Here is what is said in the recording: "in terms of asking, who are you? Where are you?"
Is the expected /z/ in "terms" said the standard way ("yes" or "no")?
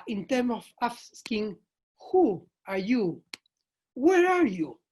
no